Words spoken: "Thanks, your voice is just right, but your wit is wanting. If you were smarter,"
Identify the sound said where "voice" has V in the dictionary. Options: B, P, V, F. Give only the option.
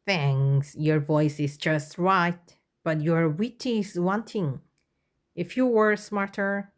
V